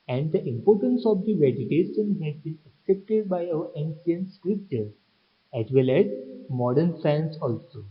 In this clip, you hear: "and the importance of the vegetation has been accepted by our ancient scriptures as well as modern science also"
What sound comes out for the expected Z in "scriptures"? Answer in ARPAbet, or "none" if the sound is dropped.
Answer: none